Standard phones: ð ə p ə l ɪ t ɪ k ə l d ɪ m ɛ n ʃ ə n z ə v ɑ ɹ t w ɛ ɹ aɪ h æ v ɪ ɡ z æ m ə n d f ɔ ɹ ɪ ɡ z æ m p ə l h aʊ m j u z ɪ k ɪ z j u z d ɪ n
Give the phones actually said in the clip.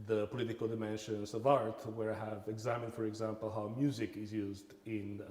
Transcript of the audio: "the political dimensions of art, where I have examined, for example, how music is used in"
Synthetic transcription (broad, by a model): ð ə p ə l ɪ t ɪ k ə l d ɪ m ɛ n ʃ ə n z ə v ɑ ɹ t w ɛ ɹ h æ v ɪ ɡ z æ m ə n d f ɔ ɹ ɪ ɡ z æ m p ə l h aʊ m j u z ɪ k ɪ z j u z d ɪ n